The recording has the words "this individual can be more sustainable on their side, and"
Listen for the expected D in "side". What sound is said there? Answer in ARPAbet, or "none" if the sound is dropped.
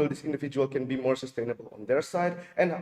D